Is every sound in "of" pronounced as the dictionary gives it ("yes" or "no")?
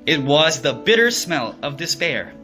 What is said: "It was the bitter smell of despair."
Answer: yes